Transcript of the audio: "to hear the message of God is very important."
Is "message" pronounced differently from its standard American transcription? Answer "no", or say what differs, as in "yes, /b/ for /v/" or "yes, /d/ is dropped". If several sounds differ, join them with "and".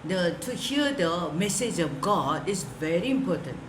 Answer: no